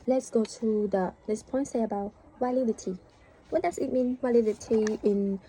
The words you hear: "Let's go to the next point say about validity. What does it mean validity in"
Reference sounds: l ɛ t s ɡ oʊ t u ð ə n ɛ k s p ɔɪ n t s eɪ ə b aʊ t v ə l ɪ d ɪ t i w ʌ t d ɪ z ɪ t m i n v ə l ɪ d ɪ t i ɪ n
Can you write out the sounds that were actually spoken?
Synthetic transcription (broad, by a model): l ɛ t s ɡ oʊ t u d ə l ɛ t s p ɔɪ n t s eɪ ə b aʊ t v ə l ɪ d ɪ t i w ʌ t d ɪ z ɪ t m i n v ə l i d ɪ t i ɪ n